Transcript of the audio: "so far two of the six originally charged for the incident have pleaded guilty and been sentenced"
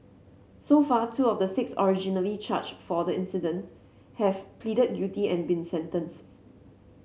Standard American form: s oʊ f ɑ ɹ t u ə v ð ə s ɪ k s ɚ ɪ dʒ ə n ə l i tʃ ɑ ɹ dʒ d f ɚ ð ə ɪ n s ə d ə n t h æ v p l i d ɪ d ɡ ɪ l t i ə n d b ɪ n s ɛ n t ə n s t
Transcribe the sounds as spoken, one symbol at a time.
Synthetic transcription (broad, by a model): s oʊ f ɑ t u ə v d ə s ɪ k s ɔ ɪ dʒ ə n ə l i tʃ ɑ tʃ f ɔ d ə ɪ n s ə d ə n t h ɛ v p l i d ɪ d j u t i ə n b ɪ n s ɛ n t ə n s